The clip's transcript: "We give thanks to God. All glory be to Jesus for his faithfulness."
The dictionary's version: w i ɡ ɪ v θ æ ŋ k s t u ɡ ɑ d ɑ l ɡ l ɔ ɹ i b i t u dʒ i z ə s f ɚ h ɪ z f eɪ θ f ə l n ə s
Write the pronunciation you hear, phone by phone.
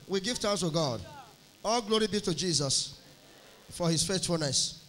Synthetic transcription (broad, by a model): w i ɡ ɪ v t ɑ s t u ɡ ɑ d ɑ l ɡ l ɔ ɹ i b i t u dʒ i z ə s f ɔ h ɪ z f eɪ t f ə l n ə s